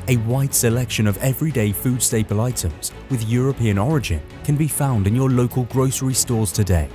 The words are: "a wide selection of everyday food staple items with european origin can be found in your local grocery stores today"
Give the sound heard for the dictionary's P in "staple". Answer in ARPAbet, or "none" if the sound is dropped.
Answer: P